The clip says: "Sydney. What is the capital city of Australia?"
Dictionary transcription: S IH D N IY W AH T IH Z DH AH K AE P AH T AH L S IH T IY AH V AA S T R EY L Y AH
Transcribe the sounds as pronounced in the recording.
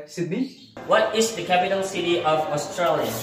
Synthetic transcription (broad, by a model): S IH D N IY W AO T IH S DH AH K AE P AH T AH N S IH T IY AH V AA S T R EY L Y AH